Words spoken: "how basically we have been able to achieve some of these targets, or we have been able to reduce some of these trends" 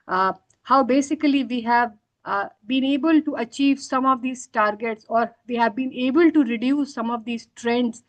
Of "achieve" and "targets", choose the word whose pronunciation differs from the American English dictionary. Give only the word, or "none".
none